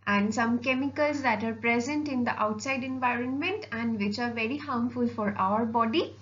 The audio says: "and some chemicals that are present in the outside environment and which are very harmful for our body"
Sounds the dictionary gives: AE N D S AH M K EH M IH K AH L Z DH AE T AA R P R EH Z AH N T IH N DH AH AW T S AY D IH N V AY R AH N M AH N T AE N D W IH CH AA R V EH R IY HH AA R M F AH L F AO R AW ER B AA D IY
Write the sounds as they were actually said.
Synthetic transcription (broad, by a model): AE N D S AH M K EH M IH K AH L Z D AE T AA R P R EH Z AH N T IH N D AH AW T S AY D IH N V AY R AH N M AH N T AE N D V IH CH AA R V EH R IY HH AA M F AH L F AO R AW ER B AA D IY